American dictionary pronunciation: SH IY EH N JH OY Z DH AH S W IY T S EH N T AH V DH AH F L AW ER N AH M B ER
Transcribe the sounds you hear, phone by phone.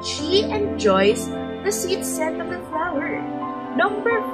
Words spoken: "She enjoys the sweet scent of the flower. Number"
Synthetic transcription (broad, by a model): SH IY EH N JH OY S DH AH S IY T S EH T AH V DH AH F L AW ER N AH M B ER